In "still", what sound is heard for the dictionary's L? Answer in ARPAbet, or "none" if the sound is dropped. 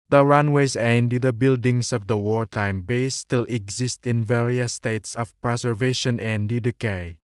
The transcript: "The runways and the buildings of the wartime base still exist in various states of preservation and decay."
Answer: L